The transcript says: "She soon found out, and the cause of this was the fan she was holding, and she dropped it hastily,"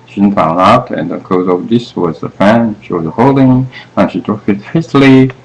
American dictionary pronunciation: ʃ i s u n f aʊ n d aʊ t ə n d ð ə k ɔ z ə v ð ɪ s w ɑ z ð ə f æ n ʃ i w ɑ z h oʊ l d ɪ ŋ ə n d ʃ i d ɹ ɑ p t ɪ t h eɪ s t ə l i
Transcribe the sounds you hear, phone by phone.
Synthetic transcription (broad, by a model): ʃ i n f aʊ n aʊ t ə n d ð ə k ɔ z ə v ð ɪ s w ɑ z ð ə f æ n ʃ i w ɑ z h oʊ l d ɪ ŋ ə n ʃ i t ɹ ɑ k ɪ t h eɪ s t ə l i